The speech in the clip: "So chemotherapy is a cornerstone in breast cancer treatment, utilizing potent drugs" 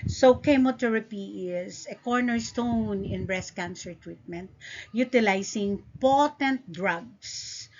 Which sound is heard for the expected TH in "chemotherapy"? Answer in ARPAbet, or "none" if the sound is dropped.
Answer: T